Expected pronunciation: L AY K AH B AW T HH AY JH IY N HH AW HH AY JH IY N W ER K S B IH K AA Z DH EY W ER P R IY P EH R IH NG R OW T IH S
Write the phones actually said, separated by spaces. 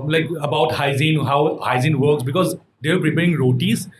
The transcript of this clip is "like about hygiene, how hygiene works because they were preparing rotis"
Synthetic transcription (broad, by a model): L AY K AH B AW T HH AY Z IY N HH AW HH AY Z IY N W ER K S B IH K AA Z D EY P R IY P EH R IH NG R OW T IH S